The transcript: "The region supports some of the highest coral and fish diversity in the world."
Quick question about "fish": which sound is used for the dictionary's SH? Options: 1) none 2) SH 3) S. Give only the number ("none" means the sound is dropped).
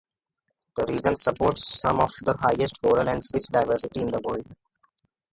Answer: 3